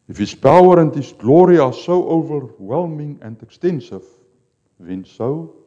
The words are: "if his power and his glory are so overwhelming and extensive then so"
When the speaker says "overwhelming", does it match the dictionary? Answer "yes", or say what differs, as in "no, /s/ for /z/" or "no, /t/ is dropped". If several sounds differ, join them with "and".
yes